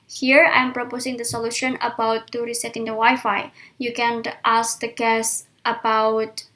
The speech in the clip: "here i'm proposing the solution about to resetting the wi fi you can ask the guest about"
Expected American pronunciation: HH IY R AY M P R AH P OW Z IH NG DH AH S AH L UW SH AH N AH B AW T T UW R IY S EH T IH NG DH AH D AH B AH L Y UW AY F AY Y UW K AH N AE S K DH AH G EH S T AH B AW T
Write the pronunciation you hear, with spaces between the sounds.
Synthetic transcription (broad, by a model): HH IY R AY M P R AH P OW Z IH NG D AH S AH L UW SH AH N AH B AW T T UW R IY S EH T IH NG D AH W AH Y F AY Y UW K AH N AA S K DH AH G EH S T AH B AW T